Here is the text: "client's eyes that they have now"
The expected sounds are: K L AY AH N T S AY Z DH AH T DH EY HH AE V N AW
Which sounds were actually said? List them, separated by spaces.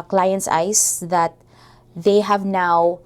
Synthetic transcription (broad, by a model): K L AY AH N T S AY S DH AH T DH EY HH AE V N AW